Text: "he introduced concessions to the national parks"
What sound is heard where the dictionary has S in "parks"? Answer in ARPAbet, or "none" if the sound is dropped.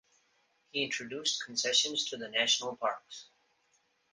S